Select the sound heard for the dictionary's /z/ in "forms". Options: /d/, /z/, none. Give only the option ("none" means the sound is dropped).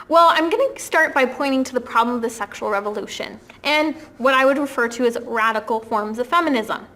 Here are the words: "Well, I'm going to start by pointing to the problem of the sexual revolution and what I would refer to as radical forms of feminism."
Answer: /z/